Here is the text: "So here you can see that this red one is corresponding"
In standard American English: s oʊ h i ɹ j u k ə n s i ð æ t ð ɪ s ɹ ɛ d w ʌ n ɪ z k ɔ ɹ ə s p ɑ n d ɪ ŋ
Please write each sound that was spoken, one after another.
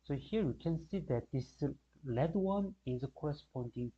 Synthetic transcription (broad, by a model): s oʊ h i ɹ j u k ə n s i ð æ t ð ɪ s l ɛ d w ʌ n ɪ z k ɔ ɹ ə s p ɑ n d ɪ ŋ